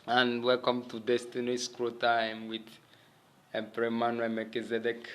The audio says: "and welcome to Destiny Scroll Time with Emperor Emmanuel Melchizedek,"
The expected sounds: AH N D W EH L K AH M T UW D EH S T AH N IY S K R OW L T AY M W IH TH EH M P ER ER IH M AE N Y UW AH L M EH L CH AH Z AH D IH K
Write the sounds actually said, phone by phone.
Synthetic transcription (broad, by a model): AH N W EH L K AH M T UW D EH S T AH N IY S K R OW T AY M W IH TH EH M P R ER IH M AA N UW M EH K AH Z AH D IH K